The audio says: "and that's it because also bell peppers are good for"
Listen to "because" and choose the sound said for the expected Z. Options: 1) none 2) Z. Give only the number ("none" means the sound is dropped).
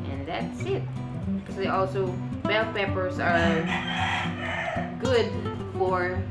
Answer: 1